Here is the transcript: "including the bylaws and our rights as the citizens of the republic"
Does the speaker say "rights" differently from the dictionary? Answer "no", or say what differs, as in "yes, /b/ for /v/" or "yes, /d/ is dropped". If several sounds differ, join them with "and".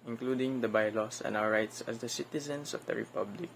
no